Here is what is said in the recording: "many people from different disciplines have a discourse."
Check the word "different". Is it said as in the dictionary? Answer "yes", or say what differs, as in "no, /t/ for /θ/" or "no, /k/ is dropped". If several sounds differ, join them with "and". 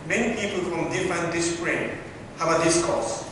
no, /ɹ/ is dropped